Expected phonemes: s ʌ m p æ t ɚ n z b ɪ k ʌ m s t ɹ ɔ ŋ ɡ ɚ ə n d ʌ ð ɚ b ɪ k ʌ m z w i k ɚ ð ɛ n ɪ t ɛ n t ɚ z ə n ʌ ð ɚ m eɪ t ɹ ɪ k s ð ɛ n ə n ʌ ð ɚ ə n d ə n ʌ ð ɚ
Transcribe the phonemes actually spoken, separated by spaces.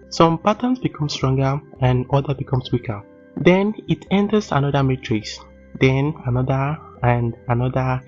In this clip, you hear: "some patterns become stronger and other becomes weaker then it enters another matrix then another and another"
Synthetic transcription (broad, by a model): s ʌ m p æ t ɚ n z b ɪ k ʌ m s t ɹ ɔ ŋ ɡ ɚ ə n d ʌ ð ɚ b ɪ k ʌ m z w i k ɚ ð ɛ n ɪ t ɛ n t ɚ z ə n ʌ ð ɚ m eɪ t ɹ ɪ s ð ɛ n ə n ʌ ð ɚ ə n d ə n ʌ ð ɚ